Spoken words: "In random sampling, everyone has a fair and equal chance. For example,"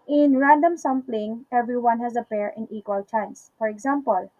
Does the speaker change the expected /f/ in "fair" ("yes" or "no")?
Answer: yes